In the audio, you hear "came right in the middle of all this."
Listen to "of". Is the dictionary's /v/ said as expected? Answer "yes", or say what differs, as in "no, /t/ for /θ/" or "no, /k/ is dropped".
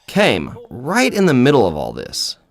yes